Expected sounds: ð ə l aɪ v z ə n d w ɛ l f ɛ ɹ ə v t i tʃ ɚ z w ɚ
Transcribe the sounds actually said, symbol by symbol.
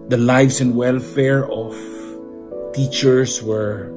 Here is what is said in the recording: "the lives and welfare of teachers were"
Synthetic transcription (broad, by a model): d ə l aɪ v s ə n d w ɛ l f ɛ ɹ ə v t i tʃ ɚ s w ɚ